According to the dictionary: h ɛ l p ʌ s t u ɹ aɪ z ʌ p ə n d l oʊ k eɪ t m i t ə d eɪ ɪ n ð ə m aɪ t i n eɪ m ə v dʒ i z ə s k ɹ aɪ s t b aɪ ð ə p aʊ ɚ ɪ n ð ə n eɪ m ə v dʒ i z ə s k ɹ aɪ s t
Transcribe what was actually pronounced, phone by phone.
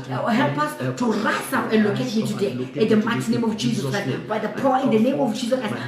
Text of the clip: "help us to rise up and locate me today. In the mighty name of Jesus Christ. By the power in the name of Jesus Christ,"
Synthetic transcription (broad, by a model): h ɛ l p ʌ s t u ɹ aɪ s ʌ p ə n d l oʊ k eɪ t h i t ə d eɪ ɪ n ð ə m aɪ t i n eɪ m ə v dʒ i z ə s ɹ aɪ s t b aɪ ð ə p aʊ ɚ ɪ n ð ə n eɪ m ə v dʒ i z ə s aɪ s